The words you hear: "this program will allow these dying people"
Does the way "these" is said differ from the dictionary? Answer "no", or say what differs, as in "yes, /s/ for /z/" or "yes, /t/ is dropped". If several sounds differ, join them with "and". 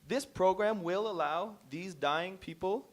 no